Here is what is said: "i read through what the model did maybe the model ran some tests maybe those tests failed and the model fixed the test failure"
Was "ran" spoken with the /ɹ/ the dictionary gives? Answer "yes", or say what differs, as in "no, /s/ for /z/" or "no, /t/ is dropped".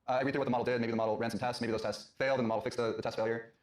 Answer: yes